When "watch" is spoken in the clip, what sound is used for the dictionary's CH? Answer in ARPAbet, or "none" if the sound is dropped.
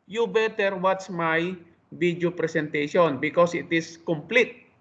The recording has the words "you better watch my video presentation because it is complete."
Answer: S